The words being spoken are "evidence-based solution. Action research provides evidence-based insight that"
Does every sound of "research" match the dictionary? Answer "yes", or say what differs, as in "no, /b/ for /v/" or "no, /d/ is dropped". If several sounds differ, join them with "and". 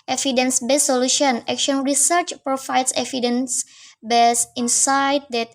yes